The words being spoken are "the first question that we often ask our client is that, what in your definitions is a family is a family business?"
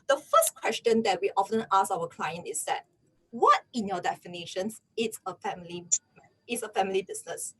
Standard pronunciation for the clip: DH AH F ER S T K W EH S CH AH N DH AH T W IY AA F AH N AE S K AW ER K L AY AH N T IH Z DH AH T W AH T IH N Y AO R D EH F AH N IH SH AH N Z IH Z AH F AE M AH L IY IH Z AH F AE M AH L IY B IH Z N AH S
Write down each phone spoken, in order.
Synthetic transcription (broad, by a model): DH AH F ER S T K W EH S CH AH N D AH T W IY AA F AH N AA S AW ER K L AY AH N T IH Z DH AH T W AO T IH N Y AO D EH F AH N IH SH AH N S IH S AH F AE M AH L IY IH S AH F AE M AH L IY B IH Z N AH S